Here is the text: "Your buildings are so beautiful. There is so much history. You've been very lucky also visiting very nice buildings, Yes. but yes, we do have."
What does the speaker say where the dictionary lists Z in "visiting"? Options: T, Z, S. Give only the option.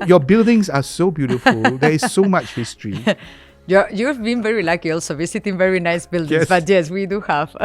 S